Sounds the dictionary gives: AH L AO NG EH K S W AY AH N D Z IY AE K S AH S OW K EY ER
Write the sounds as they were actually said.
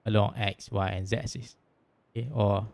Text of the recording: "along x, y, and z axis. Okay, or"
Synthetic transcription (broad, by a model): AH L AO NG EH K S W AY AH N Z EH S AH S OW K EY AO